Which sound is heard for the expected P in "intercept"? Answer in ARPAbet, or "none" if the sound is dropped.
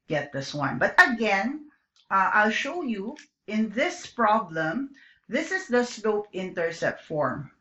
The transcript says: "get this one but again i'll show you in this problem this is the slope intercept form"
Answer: none